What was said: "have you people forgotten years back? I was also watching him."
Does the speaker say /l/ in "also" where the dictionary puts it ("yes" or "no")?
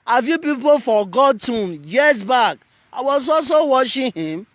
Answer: yes